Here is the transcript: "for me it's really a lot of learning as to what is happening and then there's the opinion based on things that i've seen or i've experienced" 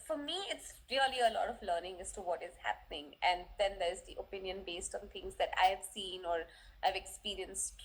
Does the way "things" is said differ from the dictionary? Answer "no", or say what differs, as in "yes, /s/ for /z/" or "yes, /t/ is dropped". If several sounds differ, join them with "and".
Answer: yes, /t/ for /θ/